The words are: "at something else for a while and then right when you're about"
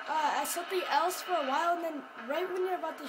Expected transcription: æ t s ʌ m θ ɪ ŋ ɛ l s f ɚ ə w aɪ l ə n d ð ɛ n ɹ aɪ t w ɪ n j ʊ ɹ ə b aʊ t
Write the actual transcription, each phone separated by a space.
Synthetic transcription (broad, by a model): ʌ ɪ s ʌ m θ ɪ ŋ ɛ l s f ɚ ə w aɪ l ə n ð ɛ n ɹ aɪ t w ɪ n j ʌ ɹ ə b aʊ t